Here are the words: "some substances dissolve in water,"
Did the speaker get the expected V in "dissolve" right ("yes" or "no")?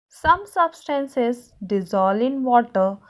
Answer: no